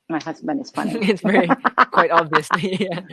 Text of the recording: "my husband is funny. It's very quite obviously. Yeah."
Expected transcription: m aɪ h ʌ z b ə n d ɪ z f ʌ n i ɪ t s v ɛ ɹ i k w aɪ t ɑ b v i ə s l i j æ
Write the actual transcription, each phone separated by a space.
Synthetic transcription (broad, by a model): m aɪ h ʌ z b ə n ɪ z f ʌ n i ɪ t s v ɛ ɹ i k w aɪ t ɑ b v i ə s l i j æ